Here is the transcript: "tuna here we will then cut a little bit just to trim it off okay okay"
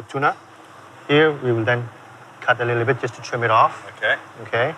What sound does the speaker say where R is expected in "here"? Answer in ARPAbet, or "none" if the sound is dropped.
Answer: R